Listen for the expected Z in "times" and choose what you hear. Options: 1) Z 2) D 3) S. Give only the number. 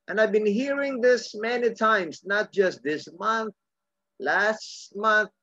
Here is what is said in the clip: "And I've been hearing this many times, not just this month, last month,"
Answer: 3